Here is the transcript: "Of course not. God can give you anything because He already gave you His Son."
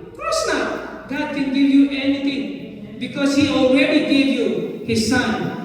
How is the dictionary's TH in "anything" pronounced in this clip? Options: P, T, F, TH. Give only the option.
T